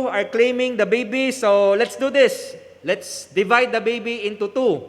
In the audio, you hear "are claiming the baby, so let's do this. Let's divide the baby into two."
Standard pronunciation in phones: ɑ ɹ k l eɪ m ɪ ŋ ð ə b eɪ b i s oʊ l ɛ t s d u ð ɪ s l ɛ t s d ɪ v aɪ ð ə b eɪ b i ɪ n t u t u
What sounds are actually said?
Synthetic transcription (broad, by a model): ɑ ɹ k l eɪ m ɪ ŋ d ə b eɪ b i s oʊ l ɛ t s d u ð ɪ s l ɛ t s d ɪ v aɪ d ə b eɪ b i ɪ n t u t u